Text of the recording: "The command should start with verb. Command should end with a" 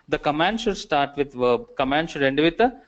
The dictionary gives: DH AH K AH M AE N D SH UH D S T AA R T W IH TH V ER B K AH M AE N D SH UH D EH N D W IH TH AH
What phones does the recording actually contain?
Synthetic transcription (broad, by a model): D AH K AH M AE N D SH UH D S T AA R T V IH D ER K AH M AE N D SH UH D EH N D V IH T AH